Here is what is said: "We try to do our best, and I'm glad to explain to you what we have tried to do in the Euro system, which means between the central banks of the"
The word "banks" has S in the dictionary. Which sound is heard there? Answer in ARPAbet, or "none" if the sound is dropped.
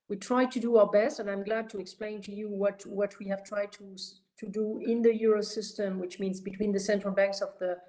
S